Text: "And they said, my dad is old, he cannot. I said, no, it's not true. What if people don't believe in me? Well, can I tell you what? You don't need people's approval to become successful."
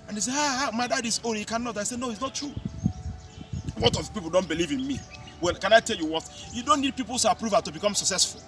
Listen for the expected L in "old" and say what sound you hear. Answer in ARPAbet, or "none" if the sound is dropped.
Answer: none